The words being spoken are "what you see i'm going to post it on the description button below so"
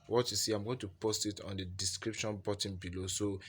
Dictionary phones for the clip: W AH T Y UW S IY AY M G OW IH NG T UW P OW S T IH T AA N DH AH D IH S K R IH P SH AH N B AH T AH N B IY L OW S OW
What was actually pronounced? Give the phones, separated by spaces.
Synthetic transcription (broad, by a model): W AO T Y UW S IY AY M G OW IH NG T UW P OW S T IH T AA N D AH D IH S K R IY P SH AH N B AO T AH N B IY L OW S OW